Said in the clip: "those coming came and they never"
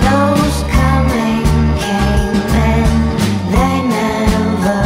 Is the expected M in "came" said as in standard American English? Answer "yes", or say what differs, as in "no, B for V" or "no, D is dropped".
no, M is dropped